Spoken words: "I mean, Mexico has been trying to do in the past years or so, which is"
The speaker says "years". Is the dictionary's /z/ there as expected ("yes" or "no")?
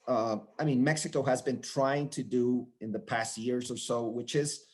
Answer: yes